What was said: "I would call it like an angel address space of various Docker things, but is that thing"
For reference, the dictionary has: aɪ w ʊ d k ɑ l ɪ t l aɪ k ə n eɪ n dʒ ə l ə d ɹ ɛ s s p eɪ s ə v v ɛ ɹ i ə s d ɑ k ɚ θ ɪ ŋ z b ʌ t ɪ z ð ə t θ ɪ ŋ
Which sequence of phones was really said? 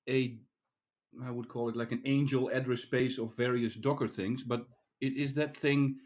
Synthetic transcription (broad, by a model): aɪ w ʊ d k ɑ l ɪ t l aɪ k ə n eɪ n dʒ ə l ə d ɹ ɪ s s p eɪ s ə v v ɛ ɹ i ə s d ɑ k ɚ θ ɪ ŋ z b ʌ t ɪ z ð ə t θ ɪ ŋ